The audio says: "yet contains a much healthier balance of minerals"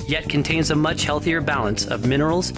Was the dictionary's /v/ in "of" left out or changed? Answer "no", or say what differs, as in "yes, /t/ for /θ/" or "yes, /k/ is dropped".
no